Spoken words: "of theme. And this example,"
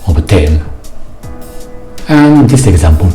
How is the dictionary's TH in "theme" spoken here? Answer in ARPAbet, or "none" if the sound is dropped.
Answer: T